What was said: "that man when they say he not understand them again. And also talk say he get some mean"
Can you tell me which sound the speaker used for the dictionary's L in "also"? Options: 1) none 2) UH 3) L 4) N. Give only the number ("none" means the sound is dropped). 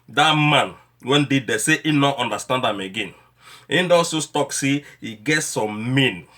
1